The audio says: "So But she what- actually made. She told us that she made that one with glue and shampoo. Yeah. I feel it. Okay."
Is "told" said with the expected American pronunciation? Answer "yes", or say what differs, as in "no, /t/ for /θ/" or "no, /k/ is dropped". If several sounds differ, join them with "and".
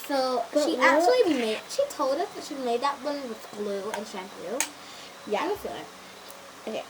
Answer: yes